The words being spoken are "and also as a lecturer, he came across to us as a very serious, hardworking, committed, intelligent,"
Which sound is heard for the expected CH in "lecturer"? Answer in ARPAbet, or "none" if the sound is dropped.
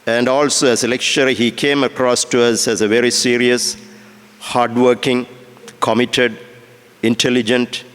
SH